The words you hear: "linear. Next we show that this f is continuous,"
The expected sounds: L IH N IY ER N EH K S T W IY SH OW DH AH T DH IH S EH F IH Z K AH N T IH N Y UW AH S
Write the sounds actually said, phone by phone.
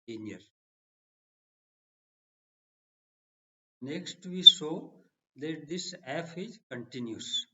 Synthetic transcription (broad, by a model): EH N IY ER N EH K S T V IY S OW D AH T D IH S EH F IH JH K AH N T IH N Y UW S